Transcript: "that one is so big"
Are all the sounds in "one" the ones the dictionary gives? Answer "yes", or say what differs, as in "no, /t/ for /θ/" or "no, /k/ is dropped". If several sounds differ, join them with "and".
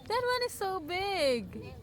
yes